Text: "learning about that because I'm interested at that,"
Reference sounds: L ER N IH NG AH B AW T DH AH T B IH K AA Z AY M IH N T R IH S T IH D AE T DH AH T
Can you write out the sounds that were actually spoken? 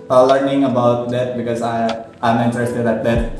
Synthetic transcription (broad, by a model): L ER N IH NG AH B AW T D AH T B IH K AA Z AY M IH N T R IH S T IH D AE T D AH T